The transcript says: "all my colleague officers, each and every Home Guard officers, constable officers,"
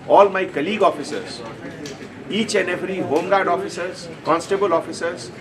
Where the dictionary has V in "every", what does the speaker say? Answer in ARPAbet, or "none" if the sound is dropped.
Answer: P